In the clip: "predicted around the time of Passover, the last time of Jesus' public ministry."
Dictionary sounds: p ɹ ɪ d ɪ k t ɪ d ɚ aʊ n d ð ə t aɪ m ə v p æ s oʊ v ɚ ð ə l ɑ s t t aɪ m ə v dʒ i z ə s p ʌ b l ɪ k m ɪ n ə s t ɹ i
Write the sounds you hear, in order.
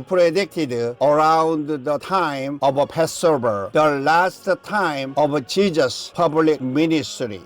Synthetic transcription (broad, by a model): p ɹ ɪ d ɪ k t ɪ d ɚ aʊ n d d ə t aɪ m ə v p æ s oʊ b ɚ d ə l ɑ s t t aɪ m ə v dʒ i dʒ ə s p ʌ b l ɪ k m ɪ n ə s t ɹ i